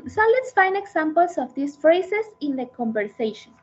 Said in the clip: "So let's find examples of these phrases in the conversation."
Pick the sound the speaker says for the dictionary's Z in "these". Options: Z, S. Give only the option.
S